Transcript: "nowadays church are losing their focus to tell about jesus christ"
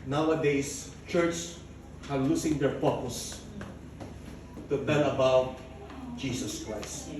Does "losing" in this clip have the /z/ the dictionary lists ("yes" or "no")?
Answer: no